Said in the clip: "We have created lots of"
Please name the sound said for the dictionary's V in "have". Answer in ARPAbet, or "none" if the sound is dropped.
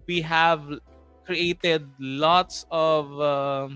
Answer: V